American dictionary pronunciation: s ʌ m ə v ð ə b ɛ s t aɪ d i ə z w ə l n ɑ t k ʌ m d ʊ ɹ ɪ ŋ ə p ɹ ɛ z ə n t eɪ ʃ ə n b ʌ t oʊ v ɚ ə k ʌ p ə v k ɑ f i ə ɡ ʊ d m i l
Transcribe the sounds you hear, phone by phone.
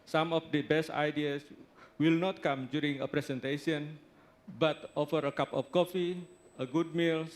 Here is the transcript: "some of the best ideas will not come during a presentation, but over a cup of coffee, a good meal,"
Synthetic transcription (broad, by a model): s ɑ m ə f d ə b ɛ s t aɪ d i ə s w ə l n ɑ t k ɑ m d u ɹ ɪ ŋ ə p ɹ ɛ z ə n t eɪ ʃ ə n b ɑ t oʊ f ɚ ə k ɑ p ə f k ɑ f i ə ɡ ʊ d m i l